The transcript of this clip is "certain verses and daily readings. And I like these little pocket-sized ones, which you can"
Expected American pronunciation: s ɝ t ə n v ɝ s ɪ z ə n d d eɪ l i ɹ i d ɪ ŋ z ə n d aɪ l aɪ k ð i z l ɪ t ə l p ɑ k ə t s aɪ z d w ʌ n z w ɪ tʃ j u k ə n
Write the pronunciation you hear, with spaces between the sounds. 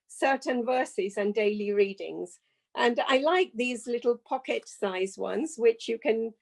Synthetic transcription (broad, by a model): s ɝ t n v ɝ s ɪ z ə n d d eɪ l i ɹ i d ɪ ŋ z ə n aɪ l aɪ k ð i z l ɪ t l p ɑ k ə t s aɪ z w ʌ n z w ɪ tʃ j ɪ k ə n